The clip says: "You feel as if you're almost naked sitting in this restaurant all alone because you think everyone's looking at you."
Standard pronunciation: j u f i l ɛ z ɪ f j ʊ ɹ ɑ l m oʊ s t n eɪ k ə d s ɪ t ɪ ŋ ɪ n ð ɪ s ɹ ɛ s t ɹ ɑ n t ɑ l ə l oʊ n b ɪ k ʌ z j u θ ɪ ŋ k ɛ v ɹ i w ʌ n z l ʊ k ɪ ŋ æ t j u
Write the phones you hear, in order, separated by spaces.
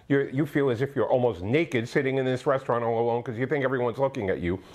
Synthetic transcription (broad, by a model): j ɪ f i l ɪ z ɪ f j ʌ ɹ ɑ l m oʊ s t n eɪ k ə d s ɪ t ɪ ŋ ɪ n ð ɪ s ɹ ɛ s t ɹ ɑ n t ɑ l ə l oʊ n k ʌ z j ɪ θ ɪ ŋ k ɛ v ɹ i w ʌ n z l ʊ k ɪ ŋ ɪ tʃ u